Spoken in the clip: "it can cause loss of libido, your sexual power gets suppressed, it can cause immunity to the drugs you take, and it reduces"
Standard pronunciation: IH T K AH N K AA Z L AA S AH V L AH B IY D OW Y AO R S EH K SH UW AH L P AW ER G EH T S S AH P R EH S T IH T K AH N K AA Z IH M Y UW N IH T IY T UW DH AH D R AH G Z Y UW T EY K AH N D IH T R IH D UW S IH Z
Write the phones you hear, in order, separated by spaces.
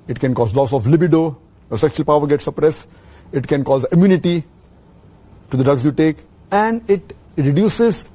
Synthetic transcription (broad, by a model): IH T K AH N K AA Z L AA S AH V L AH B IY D OW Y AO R S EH K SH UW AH L P AW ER G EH T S S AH P R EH S IH T K AH N K AA Z IH M Y UW N IH T IY T UW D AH D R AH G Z Y UW T EY K AH N D IH T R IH D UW S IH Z